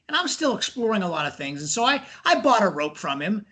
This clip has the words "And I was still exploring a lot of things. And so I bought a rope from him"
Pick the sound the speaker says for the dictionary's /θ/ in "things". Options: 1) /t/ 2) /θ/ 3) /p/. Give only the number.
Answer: 2